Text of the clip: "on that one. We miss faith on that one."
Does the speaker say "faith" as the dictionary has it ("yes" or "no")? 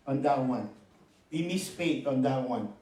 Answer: no